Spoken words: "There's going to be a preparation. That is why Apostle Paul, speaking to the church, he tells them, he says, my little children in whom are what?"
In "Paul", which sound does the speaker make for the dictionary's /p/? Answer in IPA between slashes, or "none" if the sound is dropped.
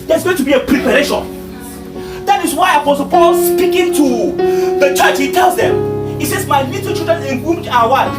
/p/